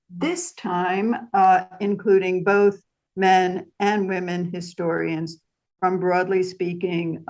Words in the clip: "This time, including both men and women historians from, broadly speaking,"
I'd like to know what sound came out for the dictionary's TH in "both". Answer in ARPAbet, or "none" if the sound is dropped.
TH